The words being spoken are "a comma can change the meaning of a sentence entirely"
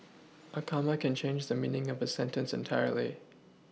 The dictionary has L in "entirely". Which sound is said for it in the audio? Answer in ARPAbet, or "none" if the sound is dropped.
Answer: L